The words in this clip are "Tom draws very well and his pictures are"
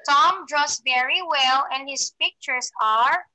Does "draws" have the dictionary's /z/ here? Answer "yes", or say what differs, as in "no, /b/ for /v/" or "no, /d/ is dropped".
no, /s/ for /z/